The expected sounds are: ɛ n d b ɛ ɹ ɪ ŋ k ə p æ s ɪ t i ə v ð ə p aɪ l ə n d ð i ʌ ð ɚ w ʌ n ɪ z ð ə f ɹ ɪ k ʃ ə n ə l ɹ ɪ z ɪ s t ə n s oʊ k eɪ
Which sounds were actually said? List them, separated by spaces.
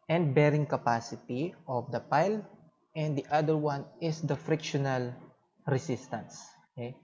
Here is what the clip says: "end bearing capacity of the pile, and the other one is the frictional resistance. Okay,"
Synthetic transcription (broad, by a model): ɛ n d b ɛ ɹ ɪ ŋ k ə p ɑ s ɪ t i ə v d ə p aɪ l ə n d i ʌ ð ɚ w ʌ n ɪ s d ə f ɹ ɪ k ʃ ə n ə l ɹ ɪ s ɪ s t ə n s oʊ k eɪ